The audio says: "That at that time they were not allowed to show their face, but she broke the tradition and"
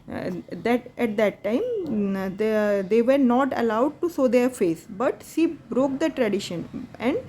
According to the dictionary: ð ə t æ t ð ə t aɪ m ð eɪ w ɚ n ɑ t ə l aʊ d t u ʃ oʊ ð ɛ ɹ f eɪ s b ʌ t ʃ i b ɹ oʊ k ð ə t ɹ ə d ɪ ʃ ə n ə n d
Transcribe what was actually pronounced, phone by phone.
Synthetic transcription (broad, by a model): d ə t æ t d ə t aɪ m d eɪ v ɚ n ɑ t ə l aʊ d t u s oʊ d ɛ ɹ f eɪ s b ʌ t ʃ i b ɹ oʊ k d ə t ɹ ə d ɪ ʃ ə n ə n d